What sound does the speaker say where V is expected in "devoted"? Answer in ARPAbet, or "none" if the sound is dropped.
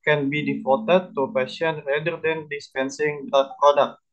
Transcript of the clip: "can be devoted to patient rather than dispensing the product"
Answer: F